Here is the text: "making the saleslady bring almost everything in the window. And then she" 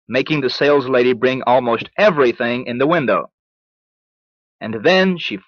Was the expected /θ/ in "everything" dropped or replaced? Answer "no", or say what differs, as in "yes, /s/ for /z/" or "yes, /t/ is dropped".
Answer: no